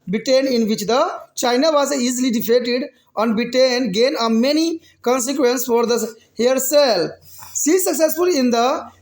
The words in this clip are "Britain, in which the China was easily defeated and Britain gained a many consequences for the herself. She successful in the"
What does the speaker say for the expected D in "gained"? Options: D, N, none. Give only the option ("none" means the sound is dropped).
none